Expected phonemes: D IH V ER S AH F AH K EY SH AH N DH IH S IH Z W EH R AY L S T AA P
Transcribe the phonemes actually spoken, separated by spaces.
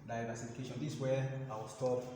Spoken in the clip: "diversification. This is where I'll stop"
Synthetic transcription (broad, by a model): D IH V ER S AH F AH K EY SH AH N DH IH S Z W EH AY W S T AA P